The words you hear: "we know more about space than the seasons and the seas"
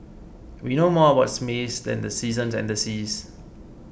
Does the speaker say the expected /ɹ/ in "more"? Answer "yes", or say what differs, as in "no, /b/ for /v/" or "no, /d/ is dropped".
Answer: no, /w/ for /ɹ/